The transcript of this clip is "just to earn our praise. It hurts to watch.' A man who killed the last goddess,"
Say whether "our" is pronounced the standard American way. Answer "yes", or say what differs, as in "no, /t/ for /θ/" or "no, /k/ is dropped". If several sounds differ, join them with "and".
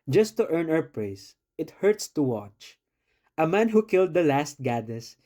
no, /w/ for /ɹ/